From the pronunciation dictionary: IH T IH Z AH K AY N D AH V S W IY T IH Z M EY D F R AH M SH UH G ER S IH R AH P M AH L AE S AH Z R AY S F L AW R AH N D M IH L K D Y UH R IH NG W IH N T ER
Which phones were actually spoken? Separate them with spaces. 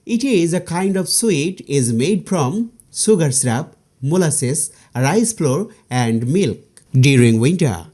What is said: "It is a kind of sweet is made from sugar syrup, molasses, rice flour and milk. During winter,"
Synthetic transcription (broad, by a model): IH T IH Z AH K AY N D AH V S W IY T IH Z M EY D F R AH M S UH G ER S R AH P M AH L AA S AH S R AY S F L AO R AH N D M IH L K D Y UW R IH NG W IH N T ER